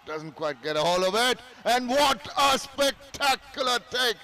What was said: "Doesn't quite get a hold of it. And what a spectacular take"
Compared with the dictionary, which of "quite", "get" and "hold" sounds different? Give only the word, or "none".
hold